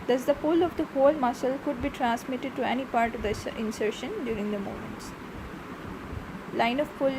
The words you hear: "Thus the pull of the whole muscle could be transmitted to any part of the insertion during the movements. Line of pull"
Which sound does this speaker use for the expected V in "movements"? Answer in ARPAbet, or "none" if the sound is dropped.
none